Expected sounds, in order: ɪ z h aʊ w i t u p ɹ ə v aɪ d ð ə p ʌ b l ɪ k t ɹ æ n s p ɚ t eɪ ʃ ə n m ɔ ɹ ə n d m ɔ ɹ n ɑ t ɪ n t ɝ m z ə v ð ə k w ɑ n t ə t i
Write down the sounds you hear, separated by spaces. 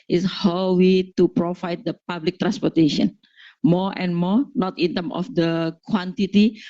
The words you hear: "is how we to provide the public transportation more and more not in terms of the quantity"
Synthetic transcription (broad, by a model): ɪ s h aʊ w i t u p ɹ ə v aɪ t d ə p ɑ b l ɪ k t ɹ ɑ n s p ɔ t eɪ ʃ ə n m ɔ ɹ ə n m ɔ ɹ n ɑ t ɪ n t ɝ m ə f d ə k w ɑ n t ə t i